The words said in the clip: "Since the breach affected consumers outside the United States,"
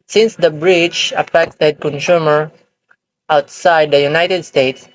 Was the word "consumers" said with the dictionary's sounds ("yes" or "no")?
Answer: no